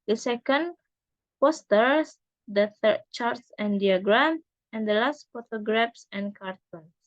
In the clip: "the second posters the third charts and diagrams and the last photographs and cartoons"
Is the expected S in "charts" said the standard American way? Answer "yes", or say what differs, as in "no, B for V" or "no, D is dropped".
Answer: yes